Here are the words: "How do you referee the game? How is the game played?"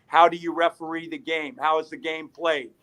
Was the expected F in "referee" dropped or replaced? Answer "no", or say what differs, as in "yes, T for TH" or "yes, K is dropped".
no